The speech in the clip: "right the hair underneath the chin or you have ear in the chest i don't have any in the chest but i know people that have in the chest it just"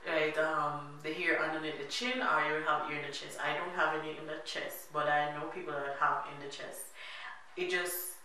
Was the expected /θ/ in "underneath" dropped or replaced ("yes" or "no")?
yes